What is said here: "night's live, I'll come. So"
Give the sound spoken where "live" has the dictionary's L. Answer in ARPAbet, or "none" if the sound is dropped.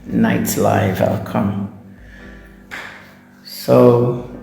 L